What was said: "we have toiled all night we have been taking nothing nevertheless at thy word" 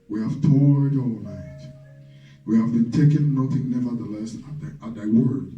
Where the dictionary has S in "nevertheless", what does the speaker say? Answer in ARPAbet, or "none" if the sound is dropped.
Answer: S